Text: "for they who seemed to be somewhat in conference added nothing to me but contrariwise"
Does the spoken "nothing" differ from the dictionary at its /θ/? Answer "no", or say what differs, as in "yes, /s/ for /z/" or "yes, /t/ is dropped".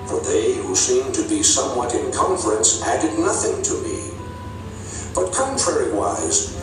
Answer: no